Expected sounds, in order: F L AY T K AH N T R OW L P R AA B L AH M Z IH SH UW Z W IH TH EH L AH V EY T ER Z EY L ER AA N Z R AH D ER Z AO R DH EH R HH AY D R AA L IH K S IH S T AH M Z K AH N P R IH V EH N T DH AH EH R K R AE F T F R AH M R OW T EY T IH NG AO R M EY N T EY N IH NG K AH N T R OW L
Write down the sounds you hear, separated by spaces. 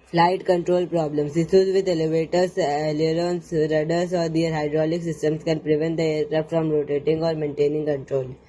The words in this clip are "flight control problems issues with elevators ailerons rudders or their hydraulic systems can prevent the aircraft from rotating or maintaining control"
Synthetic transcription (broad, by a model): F L AY T K AH N T R OW L P R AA B L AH M S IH S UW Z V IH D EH L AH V EY T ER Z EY L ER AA N S R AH D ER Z AO R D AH R HH AY D R AA L IH K S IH S T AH M S K AH N P R IH V EH N T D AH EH R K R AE P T F R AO M R OW T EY T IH NG AO R M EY N T EY N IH NG K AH N T R OW L